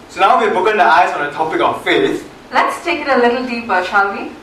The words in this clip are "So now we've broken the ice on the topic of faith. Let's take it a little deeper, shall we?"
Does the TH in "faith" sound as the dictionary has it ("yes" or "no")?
no